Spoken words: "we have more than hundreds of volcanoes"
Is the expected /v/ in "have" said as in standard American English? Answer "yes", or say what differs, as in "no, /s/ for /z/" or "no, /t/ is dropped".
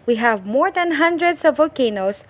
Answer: yes